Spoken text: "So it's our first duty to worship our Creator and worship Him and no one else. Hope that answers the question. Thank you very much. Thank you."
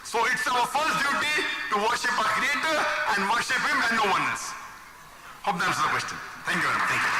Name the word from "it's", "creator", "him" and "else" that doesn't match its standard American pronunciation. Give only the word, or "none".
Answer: else